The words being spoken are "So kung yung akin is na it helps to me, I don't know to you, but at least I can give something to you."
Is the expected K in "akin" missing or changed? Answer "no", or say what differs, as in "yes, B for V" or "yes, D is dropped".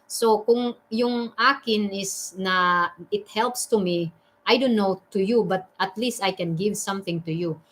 no